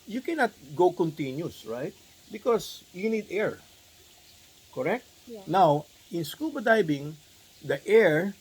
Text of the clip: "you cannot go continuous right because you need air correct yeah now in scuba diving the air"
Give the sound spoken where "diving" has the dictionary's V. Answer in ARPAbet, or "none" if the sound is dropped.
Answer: B